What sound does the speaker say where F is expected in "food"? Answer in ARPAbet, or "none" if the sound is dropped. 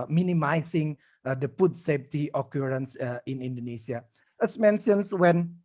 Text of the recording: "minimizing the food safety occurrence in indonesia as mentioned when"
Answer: P